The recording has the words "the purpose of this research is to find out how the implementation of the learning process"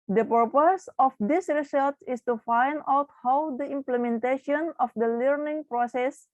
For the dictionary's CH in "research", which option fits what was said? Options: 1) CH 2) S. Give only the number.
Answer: 2